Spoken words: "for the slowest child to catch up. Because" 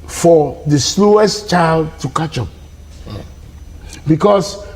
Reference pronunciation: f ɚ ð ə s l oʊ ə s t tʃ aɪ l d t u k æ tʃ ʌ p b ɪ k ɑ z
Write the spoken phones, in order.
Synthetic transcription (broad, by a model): f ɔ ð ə s l oʊ ə s t tʃ aɪ l d t u k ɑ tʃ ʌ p b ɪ k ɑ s